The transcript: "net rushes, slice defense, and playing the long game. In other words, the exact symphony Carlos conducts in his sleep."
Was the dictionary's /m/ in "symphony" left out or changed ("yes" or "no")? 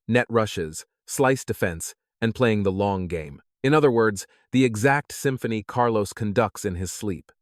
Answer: no